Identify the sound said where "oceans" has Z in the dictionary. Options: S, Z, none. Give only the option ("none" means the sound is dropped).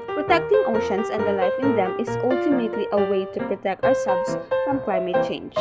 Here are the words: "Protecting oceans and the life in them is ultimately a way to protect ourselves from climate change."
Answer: S